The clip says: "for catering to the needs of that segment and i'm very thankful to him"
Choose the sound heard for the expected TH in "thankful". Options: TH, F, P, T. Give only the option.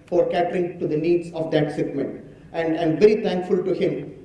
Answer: T